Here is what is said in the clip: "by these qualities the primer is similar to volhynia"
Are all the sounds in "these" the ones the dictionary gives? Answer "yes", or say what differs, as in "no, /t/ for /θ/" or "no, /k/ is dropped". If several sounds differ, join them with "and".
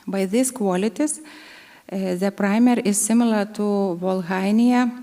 no, /s/ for /z/